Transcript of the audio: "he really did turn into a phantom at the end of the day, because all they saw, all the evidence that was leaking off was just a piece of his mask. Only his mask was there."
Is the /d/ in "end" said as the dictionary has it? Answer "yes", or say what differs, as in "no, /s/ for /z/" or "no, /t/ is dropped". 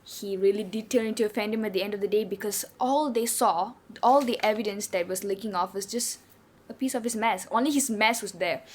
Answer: yes